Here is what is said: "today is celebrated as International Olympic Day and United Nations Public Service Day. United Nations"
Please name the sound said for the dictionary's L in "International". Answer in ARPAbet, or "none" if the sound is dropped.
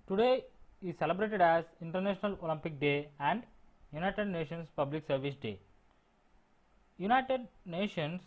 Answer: L